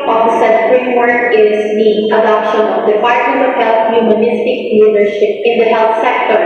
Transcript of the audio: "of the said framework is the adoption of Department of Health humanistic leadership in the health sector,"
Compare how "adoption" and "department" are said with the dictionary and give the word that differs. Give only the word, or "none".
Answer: department